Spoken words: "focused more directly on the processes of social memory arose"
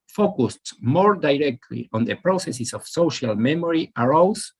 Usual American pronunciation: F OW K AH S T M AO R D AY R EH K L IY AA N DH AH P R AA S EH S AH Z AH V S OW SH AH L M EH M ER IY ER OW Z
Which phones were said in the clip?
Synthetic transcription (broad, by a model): F OW K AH S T M AO R D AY R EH K L IY AA N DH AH P R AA S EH S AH S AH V S OW SH AH L M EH M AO IY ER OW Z